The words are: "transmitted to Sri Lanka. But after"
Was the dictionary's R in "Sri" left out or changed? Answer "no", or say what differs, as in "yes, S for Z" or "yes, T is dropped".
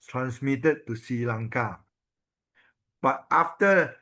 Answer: yes, R is dropped